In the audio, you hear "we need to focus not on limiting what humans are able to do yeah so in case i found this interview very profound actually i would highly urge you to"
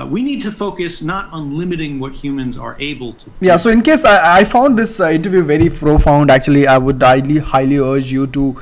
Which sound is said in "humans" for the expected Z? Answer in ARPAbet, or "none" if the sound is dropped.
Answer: Z